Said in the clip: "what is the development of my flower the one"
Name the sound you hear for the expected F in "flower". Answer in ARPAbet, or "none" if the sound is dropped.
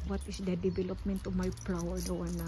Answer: P